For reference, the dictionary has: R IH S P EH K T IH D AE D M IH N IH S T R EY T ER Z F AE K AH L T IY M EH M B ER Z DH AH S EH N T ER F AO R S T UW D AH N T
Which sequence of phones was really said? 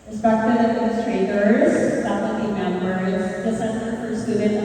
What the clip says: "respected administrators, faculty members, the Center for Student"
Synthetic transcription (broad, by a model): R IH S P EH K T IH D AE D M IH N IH S T R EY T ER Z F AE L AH T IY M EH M ER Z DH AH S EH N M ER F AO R S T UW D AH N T